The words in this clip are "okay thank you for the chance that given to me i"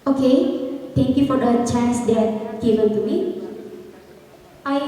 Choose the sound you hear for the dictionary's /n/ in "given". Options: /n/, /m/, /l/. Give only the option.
/l/